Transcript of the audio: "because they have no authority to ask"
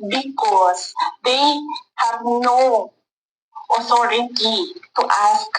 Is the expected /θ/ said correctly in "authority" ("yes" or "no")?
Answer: no